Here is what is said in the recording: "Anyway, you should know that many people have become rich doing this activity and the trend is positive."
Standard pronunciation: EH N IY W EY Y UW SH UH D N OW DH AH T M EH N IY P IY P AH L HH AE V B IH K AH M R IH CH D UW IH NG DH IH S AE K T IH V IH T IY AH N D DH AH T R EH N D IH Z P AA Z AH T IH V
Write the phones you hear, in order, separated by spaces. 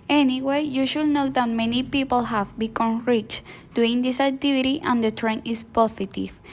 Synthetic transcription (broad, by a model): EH N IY W EY Y UW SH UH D N OW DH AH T M EH N IY P IY P AH L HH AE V B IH K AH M R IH CH D UW IH NG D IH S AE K T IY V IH T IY AH N D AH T R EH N IH S P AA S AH T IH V